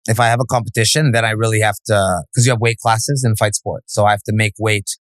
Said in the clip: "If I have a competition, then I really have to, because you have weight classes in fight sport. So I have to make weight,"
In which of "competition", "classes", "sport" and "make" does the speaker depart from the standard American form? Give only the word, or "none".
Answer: none